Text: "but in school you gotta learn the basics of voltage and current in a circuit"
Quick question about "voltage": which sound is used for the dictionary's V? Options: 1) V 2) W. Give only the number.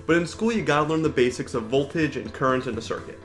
1